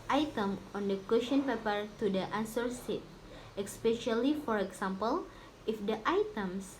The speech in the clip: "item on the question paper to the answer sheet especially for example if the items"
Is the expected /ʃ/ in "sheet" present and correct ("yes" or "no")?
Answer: no